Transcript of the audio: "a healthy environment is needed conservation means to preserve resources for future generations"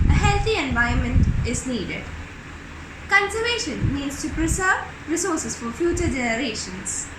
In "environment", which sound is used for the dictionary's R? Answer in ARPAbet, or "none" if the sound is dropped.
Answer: none